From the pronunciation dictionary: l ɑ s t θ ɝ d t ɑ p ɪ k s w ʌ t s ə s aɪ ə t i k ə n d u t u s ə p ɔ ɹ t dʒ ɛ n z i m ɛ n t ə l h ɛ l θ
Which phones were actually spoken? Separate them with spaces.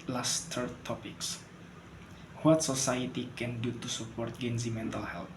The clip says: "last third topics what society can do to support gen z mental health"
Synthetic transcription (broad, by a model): l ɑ s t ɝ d t ɑ p ɪ k s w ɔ t s ə s aɪ ə t i k ə n d u t u s ə p ɔ ɹ t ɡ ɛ n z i m ɛ n t ə l h ɛ l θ